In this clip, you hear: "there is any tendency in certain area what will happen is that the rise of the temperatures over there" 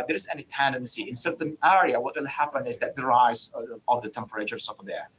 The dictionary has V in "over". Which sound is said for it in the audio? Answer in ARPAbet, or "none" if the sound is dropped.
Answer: F